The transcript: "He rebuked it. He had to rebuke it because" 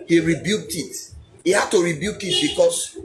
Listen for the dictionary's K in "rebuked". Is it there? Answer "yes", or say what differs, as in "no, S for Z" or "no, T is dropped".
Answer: yes